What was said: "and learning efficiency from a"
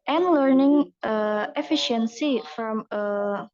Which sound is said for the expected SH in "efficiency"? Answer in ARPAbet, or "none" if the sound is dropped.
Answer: SH